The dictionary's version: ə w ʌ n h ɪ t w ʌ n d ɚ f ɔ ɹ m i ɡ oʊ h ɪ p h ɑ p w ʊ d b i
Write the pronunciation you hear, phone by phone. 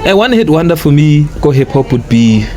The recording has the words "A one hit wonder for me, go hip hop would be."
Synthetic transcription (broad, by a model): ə w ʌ n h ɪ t w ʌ n d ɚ f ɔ l m i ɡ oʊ h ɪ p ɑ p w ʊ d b i